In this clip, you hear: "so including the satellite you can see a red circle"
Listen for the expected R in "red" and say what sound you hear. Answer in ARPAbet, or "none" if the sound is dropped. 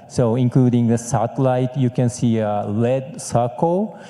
L